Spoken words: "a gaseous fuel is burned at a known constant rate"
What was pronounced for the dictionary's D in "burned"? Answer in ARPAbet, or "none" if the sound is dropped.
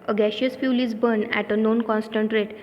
none